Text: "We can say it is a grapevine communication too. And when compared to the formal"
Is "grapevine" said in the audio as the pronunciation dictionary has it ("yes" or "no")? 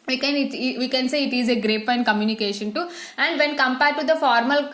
no